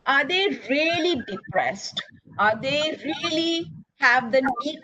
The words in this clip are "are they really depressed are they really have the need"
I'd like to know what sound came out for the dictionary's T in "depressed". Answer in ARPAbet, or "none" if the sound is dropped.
T